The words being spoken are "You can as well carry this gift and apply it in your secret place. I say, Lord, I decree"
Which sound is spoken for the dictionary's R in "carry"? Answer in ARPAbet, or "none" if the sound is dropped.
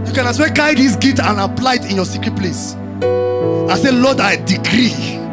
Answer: none